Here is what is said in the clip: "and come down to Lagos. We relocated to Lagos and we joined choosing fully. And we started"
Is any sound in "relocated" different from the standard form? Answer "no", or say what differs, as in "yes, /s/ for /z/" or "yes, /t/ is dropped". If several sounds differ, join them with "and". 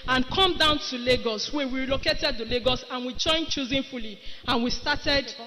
yes, /w/ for /ɹ/